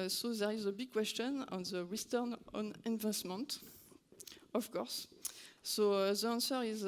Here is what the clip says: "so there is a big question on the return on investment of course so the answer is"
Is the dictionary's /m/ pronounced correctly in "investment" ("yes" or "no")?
yes